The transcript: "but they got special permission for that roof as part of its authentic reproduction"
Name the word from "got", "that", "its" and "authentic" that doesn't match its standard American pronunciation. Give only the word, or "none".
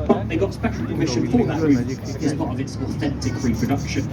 none